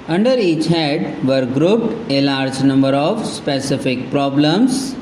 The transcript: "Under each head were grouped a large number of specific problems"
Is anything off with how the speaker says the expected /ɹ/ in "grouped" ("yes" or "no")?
no